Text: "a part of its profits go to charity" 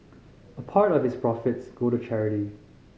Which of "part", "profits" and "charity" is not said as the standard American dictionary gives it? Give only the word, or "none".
none